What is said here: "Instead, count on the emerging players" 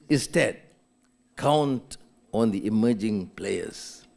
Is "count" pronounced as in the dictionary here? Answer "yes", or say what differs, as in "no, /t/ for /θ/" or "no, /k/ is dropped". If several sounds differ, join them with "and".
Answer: yes